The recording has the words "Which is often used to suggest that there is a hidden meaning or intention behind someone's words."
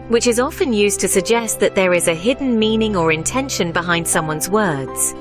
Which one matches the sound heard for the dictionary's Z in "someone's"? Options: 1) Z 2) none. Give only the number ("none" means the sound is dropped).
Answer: 1